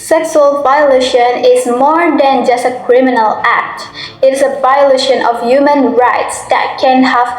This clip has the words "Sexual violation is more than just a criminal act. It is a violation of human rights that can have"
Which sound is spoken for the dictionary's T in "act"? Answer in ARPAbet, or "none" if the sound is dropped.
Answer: T